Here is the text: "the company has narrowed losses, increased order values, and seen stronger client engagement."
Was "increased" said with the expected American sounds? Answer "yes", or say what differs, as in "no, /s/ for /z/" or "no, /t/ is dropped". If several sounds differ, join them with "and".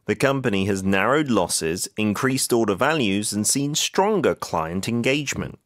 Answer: yes